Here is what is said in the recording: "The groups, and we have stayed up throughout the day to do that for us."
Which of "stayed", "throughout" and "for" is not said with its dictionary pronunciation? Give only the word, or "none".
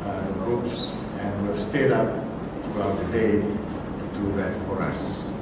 throughout